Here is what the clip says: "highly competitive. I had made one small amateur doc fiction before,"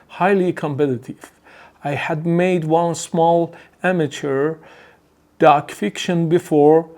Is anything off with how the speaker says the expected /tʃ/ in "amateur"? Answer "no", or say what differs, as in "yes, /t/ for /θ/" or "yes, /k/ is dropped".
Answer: no